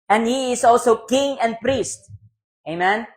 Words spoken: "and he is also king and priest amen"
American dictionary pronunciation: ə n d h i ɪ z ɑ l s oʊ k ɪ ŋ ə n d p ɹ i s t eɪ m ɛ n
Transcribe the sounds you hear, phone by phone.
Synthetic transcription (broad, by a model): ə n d h i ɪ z ɑ l s oʊ k ɪ ŋ ə n d p ɹ i s t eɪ m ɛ n